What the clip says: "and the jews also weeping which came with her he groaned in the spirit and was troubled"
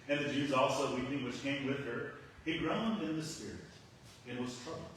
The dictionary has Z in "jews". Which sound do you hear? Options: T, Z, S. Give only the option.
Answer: Z